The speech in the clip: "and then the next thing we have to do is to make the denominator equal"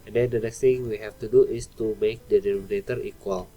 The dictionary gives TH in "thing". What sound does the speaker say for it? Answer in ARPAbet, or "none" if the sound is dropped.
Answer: T